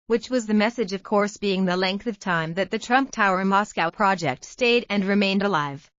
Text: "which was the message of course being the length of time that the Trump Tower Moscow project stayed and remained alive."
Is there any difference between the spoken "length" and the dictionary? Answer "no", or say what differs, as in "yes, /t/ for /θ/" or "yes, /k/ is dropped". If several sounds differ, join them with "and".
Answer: no